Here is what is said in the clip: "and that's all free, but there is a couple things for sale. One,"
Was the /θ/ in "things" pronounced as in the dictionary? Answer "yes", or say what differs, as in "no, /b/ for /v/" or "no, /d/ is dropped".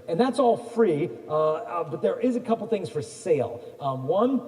yes